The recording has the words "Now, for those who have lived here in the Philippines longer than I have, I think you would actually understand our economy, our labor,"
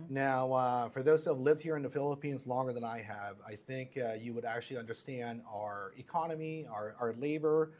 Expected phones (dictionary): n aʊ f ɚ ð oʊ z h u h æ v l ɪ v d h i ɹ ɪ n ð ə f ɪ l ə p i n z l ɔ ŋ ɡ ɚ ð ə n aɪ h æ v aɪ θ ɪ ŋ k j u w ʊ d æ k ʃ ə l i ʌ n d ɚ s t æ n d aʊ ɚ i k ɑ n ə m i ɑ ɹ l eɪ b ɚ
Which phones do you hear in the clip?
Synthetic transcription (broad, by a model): n aʊ f ɚ ð oʊ z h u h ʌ v l ɪ v d h i ɹ ɪ n ð ə f ɪ l ə p i n z l ɔ ŋ ɡ ɚ ð ə n aɪ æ v aɪ θ ɪ ŋ k j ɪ w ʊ d æ k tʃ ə l i ʌ n d ɚ s t æ n d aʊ ɚ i k ɑ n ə m i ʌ ɹ l eɪ b ɚ